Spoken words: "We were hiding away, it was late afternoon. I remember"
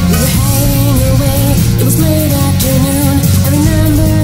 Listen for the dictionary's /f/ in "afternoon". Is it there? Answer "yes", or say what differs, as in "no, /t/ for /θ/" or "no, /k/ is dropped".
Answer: no, /f/ is dropped